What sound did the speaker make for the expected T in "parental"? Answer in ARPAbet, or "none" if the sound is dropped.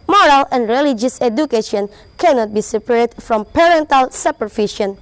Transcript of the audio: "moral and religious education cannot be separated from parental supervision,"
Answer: T